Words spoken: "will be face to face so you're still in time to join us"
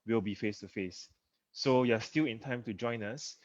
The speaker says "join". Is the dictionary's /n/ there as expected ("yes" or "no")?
yes